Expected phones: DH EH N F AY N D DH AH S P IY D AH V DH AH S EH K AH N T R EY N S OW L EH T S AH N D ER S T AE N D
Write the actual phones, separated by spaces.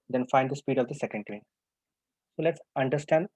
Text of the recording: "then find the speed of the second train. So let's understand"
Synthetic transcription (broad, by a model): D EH N F AY N D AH S P IY D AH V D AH S EH K AH N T EY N S OW L EH T S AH N D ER S T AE N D